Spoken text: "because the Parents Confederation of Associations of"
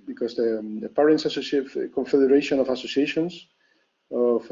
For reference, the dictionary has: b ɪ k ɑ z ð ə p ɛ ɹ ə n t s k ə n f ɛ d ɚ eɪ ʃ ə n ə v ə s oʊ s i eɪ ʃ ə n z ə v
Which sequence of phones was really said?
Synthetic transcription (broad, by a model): b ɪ k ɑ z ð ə p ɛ ɹ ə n s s k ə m f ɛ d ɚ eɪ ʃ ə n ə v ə s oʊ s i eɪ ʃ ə n s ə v